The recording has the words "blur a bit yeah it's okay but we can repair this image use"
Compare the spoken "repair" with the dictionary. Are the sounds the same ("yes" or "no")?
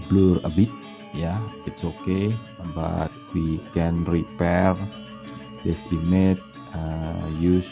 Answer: yes